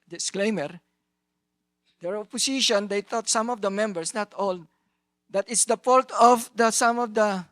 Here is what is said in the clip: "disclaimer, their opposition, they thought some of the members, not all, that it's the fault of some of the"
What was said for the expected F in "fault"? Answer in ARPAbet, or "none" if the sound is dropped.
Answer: P